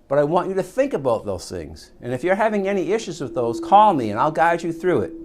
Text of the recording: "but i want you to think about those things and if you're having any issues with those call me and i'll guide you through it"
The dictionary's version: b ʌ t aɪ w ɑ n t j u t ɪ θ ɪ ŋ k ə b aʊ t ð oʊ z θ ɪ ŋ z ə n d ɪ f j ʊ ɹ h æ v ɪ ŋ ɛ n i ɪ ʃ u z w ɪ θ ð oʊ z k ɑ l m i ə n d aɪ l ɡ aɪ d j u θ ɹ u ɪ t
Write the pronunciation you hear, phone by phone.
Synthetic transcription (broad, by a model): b ʌ t aɪ w ɑ n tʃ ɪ t ɪ θ ɪ ŋ k ə b aʊ t ð oʊ z θ ɪ ŋ z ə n ɪ f j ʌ ɹ h æ v ɪ ŋ ɛ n i ɪ ʃ u z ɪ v ð oʊ z k ɑ l m i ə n aɪ l ɡ aɪ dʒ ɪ θ ɹ u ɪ t